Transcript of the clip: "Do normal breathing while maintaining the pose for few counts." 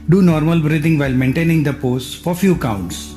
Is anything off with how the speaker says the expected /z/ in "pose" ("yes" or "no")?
yes